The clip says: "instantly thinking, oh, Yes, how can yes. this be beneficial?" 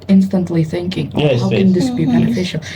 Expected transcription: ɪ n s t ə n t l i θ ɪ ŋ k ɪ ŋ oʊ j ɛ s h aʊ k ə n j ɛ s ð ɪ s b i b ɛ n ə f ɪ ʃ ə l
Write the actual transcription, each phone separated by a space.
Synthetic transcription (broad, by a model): ɪ n s t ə n t l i θ ɪ ŋ k ɪ ŋ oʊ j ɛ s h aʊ k ə n ð ɪ s b i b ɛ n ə f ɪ ʃ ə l